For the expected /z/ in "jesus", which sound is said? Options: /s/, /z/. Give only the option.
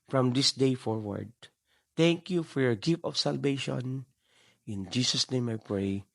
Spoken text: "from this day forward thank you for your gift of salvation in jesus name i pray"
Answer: /s/